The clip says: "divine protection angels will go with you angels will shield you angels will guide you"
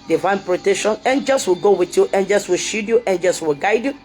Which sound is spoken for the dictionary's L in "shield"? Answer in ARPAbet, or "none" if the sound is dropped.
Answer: none